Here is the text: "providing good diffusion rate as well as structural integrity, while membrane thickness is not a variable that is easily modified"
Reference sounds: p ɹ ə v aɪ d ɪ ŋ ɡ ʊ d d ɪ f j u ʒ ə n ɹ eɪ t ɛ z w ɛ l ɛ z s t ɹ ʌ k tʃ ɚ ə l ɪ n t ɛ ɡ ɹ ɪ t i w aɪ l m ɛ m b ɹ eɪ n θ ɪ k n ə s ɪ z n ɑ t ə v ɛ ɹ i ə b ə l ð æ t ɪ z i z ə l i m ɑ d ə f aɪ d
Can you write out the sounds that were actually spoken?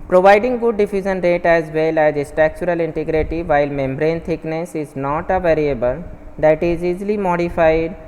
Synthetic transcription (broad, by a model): p ɹ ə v aɪ d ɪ ŋ ɡ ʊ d d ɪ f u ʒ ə n ɹ eɪ t ɛ z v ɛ l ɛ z s t ɹ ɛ k tʃ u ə l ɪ n t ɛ ɡ ɹ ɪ t i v aɪ l m ɛ m b ɹ eɪ n t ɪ k n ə s ɪ z n ɑ t ə v ɛ ɹ i ə b ə l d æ t ɪ z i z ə l i m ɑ d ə f aɪ d